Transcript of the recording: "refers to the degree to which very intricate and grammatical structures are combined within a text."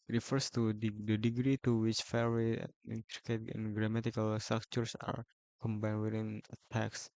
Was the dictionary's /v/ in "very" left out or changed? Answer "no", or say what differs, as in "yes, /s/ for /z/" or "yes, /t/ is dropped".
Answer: yes, /f/ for /v/